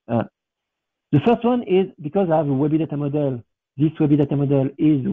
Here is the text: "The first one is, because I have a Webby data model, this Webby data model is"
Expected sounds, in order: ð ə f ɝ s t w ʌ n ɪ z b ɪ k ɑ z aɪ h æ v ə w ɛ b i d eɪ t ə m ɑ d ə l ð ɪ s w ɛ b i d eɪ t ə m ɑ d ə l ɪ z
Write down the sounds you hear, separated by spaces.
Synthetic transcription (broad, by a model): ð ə f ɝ s t w ʌ n ɪ z b ɪ k ɑ z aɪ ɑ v ə w ɛ b i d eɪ t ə m ɑ d ə l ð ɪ s w ɛ b i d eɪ t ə m ɑ d ə l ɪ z